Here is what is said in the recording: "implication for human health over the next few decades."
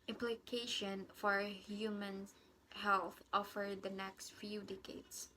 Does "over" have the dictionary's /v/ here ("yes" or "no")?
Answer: no